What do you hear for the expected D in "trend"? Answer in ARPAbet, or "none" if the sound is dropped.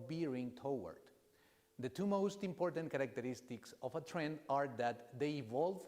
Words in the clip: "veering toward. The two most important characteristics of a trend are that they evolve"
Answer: D